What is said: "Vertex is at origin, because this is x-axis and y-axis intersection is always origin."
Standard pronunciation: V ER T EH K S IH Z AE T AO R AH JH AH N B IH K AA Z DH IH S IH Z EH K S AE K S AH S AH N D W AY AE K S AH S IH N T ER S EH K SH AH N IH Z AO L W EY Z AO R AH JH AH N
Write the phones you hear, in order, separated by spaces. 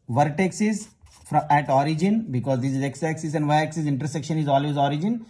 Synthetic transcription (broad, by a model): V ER T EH K S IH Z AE T AO R AH JH AH N B IH K AA Z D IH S IH Z EH K S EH K S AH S AH N D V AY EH K S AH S IH N T ER S EH K SH AH N IH Z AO L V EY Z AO R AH JH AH N